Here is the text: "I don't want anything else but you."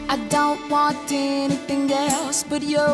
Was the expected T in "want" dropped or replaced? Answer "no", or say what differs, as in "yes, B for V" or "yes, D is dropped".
no